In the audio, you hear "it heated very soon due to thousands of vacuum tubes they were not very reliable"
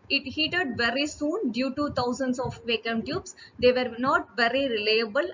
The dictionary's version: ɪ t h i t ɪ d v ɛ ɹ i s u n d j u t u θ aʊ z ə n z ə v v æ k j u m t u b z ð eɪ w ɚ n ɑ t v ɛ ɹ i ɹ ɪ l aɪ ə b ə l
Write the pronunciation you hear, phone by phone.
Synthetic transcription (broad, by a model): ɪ t h i t ɪ d v ɛ ɹ i s u n d j u t u t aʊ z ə n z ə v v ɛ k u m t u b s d eɪ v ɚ n ɑ t v ɛ ɹ i ɹ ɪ l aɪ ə b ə l